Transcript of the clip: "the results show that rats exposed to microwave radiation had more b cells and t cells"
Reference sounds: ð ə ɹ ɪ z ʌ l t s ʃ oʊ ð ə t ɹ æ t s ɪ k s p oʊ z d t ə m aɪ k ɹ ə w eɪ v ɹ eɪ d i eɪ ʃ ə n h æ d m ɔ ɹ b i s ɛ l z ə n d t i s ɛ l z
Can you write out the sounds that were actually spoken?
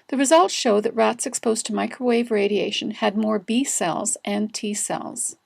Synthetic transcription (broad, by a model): ð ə ɹ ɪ z ʌ l t ʃ oʊ ð ə t ɹ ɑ t s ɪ k s p oʊ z t ə m aɪ k ɹ ə w eɪ v ɹ eɪ d i eɪ ʃ ə n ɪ d m ɔ ɹ b i s ɛ l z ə n t i s ɛ l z